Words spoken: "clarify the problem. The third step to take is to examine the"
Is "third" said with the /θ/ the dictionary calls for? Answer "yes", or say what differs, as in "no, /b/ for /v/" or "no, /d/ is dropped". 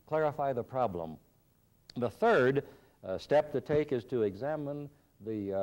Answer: yes